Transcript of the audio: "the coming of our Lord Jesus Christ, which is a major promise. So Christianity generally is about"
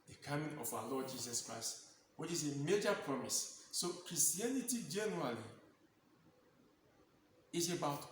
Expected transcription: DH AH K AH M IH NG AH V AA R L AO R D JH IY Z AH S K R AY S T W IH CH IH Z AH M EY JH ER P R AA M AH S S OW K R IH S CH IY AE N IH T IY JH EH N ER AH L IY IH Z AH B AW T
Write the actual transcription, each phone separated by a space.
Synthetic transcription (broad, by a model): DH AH K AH M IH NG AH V AA W L AO D JH IY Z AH S K R AY S T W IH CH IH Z AH M EY JH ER P R AA M AH S S OW K R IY S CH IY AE N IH T IY JH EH N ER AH L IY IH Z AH B AW T